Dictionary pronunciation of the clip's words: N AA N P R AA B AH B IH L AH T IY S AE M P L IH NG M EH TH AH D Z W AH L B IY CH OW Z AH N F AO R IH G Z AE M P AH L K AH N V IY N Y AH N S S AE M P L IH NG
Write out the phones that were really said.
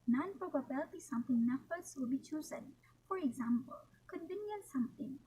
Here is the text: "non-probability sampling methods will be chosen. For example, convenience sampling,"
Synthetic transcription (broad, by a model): N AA N P R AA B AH B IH L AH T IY S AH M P IH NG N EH T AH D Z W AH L B IY CH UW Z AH N F AO R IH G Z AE M P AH L K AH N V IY N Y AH N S S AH M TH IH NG